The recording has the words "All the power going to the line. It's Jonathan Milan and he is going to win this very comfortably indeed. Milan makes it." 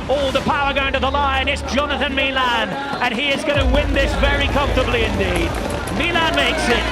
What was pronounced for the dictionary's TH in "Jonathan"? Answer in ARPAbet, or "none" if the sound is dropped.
TH